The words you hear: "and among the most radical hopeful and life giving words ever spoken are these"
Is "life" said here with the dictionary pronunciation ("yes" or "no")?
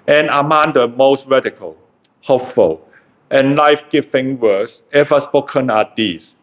yes